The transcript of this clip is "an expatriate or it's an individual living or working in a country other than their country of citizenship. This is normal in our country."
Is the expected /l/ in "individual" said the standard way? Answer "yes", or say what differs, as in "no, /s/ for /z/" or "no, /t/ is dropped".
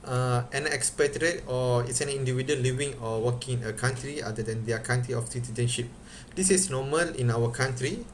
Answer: no, /n/ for /l/